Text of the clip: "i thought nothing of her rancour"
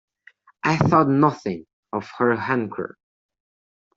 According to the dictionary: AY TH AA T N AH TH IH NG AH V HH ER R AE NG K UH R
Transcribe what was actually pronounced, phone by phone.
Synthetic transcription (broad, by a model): AY TH AA T N AH TH IH NG AH V HH ER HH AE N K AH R